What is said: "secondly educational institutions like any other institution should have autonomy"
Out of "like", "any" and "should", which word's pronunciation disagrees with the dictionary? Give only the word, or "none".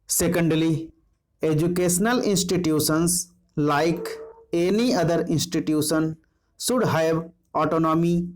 should